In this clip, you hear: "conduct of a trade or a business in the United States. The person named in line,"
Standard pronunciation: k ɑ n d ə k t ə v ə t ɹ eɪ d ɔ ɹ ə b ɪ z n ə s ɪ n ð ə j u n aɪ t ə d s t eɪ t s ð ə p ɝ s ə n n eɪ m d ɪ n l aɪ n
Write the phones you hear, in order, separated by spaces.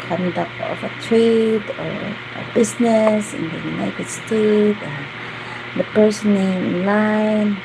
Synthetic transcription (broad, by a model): k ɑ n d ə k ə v ə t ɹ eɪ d ɔ ɹ ə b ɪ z n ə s ɪ n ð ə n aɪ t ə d s t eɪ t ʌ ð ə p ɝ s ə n n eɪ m ɪ n l aɪ n